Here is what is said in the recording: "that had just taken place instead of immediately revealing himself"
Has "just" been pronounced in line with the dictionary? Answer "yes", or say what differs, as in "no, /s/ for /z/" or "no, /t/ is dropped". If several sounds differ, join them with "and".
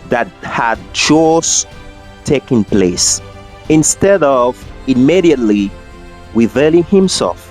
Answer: no, /tʃ/ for /dʒ/